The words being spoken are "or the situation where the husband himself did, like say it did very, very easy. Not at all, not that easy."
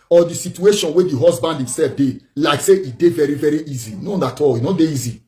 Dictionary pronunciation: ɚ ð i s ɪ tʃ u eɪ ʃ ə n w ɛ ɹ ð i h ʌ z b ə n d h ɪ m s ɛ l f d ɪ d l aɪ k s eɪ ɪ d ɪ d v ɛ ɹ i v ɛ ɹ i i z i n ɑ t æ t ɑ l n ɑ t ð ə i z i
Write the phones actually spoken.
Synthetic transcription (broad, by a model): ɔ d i s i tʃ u eɪ ʃ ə n w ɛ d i h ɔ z b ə n d h ɪ m s ɛ l f d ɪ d l aɪ k s eɪ ɪ d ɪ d v ɛ ɹ i v ɛ ɹ i i z i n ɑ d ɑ t ɑ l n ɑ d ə i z i